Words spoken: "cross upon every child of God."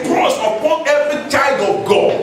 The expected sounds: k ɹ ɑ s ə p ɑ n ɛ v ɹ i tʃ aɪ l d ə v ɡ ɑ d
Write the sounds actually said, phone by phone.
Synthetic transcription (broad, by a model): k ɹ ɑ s ə p ɑ n ɛ v ɹ i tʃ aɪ d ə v ɡ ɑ